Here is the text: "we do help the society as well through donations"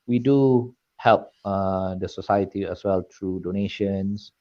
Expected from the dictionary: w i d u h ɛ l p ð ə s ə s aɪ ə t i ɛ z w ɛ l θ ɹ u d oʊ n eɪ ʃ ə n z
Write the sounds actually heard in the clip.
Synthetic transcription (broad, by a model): w i d u h ɛ l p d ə s ə s aɪ ə t i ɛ s w ɛ l t ɹ u d oʊ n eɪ ʃ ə n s